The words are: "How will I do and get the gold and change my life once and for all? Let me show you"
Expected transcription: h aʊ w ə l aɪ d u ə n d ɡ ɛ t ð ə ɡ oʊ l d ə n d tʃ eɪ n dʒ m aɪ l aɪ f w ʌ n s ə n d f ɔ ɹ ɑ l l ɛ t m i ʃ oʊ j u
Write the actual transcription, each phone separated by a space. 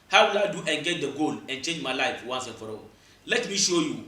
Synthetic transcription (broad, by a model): h aʊ w ə l aɪ d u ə n ɡ ɛ t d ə ɡ oʊ l ə n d tʃ eɪ n dʒ m aɪ l aɪ f w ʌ n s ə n f ɔ ɹ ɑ w l ɛ t m i ʃ oʊ j u